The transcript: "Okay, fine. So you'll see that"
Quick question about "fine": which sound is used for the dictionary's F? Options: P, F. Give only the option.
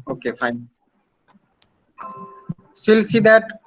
F